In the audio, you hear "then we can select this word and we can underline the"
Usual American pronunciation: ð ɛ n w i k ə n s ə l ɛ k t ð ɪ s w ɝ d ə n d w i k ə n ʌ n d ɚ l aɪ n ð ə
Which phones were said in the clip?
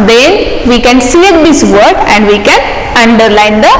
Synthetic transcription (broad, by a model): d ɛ n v i k ə n s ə ɛ t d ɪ s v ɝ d ə n d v i k ə n ʌ n d ɚ l aɪ n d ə